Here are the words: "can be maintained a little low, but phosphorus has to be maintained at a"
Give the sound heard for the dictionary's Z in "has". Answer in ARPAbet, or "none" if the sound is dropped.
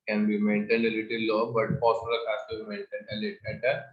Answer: S